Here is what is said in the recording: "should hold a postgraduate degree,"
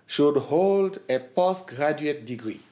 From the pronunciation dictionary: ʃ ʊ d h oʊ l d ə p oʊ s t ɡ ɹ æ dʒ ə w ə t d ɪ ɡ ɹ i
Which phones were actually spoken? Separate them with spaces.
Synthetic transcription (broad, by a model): ʃ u d h oʊ l d ə p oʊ s ɡ ɹ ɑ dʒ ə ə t d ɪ ɡ ɹ i